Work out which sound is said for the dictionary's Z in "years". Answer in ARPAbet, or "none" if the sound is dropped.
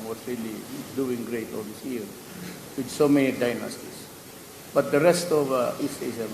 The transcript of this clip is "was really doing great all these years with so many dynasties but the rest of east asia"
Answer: none